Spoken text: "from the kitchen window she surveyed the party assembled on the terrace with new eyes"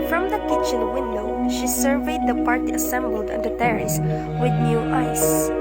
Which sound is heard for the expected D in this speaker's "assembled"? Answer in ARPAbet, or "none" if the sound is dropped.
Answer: D